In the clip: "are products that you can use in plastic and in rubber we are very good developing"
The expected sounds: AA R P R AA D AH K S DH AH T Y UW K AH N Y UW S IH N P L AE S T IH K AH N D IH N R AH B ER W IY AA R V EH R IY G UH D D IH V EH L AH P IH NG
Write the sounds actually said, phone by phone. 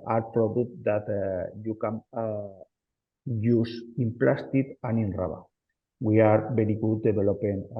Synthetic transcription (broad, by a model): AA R P R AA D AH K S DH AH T Y UW K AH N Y UW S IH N P L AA S T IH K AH N IH N R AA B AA W IY AA R B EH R IY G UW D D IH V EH L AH P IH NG